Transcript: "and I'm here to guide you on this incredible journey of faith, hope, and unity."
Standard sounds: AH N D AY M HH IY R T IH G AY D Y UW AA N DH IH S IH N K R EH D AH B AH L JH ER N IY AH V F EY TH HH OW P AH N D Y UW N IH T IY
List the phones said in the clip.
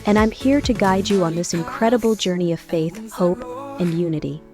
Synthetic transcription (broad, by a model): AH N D AY M HH IY R T IH G AY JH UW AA N DH IH S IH N K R EH D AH B L JH ER N IY AH V F EY TH HH OW P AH N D Y UW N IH T IY